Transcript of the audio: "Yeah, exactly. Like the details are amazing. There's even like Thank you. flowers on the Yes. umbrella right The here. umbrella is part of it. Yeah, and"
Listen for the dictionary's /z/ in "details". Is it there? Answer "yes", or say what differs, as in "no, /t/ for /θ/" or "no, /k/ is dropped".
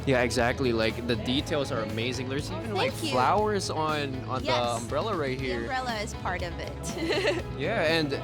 yes